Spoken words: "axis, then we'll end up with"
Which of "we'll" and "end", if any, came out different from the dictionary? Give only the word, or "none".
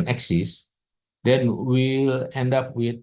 none